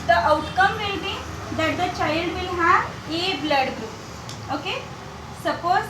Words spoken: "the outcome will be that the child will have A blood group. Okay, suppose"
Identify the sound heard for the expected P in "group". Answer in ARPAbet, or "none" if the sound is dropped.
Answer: none